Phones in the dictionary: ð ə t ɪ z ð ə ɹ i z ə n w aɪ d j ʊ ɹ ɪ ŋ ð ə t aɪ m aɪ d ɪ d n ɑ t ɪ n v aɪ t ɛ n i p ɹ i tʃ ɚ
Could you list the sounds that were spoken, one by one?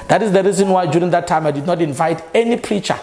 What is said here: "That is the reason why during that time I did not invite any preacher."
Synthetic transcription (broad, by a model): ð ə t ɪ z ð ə ɹ i z ə n w aɪ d j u ɹ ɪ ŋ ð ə t aɪ m aɪ d ɪ d n ɑ t ɪ n v aɪ t ɛ n i p ɹ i tʃ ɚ